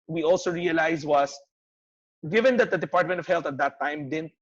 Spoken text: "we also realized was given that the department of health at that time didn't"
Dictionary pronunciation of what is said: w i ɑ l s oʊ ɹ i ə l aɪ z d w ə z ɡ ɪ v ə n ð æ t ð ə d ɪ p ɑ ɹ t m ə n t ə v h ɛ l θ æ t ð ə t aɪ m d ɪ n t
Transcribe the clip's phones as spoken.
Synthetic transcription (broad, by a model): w i ɑ l s oʊ ɹ i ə l aɪ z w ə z ɡ ɪ v ə n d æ t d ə d ɪ p ɑ ɹ t m ə n t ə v h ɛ l t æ t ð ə t aɪ m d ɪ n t